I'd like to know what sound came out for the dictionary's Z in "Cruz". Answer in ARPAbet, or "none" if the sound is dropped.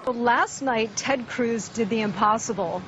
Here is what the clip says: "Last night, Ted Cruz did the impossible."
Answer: Z